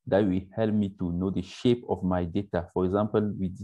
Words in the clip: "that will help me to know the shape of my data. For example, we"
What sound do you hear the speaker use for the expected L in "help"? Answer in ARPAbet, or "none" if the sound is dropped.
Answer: L